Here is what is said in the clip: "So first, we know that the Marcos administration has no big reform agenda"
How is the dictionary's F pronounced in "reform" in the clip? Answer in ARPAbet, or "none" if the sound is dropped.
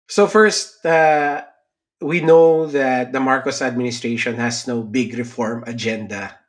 F